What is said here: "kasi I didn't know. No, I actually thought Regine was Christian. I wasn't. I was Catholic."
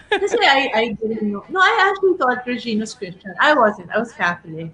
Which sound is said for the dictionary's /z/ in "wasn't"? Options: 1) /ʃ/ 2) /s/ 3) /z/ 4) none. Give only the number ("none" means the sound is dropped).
3